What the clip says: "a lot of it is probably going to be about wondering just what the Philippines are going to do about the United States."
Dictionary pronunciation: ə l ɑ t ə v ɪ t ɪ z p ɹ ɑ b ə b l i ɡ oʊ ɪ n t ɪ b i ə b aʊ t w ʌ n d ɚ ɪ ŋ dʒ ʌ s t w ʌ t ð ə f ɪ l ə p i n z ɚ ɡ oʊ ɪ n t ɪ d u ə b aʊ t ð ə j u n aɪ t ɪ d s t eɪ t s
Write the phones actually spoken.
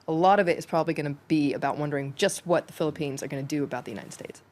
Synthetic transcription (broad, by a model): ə l ɑ t ə v ɪ t ɪ z p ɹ ɑ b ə b l i ɡ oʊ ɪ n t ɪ b i ə b aʊ t w ʌ n d ɚ ɪ ŋ dʒ ʌ s t w ʌ t ð ə f ɪ l ə p i n z ɚ ɡ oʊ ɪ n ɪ d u ə b aʊ t ð ə j u n aɪ t ɪ d s t eɪ t s